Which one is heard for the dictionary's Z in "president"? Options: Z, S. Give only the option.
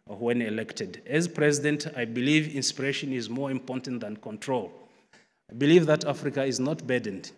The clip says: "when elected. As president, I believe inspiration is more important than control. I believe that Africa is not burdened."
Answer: Z